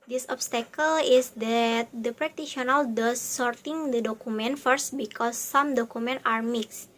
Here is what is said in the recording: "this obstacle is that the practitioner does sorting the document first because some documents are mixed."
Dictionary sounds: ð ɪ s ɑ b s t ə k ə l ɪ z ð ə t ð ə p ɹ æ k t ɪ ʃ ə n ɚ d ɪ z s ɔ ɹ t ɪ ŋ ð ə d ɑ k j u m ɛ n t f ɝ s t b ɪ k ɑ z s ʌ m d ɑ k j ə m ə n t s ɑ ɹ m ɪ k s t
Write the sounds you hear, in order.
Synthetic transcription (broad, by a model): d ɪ s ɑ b s t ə k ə l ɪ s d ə t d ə p ɹ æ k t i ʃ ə n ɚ d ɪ s ɔ ɹ t ɪ ŋ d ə d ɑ k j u m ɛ n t f ɝ s t b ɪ k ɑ s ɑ m d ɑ k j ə m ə n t ɑ ɹ m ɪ k s t